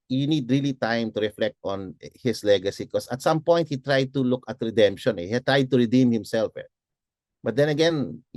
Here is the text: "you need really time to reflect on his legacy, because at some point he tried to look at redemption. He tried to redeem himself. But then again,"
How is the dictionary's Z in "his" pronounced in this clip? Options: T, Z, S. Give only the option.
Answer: S